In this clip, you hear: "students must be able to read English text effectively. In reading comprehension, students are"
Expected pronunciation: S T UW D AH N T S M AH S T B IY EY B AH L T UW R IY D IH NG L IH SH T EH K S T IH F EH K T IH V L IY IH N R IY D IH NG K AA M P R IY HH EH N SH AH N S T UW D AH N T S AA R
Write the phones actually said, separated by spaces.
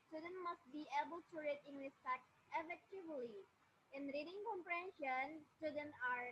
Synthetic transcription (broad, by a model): S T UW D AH N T M AH S T B IY EY B AH L T UW R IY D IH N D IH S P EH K T IH F EH K T IH V L IY IH N R IY D IH NG K AA M P R IY HH EH N SH AH N S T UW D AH N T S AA R